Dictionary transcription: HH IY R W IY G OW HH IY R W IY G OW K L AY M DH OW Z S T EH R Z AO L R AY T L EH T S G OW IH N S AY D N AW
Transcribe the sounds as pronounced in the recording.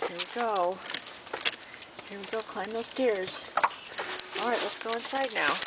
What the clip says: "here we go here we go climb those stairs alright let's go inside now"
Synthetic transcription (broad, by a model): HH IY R W IY G OW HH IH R W IY G OW K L AY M DH OW Z S T EH R Z AO L R AY T L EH T S G OW IH N S AY D N AW